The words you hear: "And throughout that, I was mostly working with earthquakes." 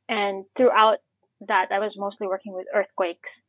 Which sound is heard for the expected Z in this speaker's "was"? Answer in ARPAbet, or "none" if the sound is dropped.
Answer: Z